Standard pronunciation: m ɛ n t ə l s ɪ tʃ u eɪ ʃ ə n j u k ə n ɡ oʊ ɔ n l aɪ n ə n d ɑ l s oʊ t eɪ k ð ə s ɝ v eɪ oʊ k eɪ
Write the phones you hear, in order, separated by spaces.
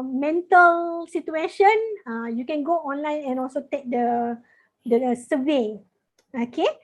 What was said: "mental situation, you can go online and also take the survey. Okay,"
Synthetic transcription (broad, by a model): m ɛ n t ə l s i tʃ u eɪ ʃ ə n j u k ə n ɡ oʊ ɔ n l aɪ n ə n ɑ l s oʊ t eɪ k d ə s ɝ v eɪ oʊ k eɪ